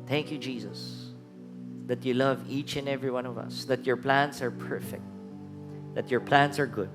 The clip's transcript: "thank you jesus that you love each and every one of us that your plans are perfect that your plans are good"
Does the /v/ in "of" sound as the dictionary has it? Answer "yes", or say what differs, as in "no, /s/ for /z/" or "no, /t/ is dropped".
yes